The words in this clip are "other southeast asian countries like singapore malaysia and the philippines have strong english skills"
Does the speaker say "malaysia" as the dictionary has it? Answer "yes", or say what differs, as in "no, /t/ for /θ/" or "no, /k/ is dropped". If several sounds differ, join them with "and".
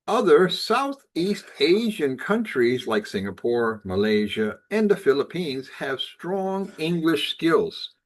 yes